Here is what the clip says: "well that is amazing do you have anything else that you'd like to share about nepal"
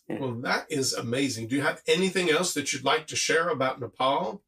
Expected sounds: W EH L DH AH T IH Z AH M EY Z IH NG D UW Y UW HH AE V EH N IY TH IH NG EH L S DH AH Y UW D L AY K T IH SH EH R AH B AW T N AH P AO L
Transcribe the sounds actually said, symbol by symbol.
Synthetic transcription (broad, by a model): W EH L DH AH T IH Z AH M EY Z IH NG D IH Y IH V EH N IY TH IH NG EH L S DH AH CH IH D L AY K T IH SH EH R AH B AW T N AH P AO L